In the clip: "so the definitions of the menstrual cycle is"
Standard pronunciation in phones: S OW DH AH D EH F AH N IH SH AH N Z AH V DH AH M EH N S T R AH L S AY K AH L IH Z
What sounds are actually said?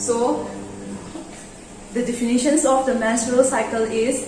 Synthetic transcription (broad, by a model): S OW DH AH D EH F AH N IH SH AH N S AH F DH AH M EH S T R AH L S AY K AH L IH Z